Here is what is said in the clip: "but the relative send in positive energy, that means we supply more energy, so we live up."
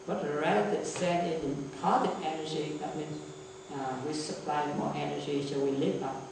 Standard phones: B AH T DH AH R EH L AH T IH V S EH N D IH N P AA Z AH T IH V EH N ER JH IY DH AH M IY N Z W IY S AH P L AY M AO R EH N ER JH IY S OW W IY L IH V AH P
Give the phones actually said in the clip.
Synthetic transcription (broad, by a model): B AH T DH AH R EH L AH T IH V S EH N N IH N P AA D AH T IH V EH N ER JH IY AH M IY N W IY S AH P L AY M AO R EH N ER JH IY S OW W IY L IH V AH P